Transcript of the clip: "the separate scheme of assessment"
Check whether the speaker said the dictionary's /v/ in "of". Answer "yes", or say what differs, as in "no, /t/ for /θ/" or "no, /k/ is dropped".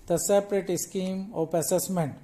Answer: no, /p/ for /v/